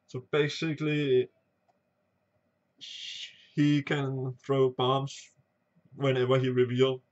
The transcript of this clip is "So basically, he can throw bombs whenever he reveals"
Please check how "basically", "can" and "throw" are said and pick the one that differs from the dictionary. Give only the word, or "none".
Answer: none